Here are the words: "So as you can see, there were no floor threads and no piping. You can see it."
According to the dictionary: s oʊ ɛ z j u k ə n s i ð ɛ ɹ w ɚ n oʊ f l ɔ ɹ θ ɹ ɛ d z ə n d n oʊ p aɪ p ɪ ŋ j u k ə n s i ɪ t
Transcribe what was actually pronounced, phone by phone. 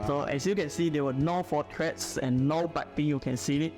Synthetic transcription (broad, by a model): s oʊ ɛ s j u k ə n s i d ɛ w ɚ n oʊ f ɔ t ɹ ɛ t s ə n n oʊ b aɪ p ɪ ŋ j u k ə n s i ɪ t